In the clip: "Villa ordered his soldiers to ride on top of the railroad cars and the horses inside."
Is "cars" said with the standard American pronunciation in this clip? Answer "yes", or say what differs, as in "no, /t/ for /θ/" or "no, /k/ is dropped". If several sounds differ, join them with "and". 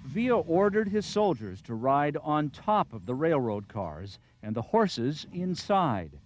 yes